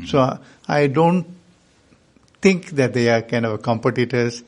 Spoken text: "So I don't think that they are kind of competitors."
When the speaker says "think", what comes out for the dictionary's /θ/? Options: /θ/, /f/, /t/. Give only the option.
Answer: /t/